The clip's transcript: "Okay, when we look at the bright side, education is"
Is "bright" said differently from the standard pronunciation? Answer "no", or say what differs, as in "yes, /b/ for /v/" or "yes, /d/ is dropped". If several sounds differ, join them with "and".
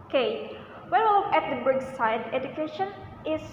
yes, /ɹ/ is dropped